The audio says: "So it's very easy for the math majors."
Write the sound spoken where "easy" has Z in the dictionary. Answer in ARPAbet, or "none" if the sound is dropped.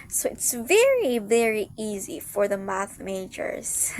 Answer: Z